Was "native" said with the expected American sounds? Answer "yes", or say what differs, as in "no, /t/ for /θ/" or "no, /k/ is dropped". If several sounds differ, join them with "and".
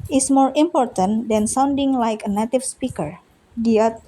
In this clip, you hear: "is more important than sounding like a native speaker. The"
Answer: no, /f/ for /v/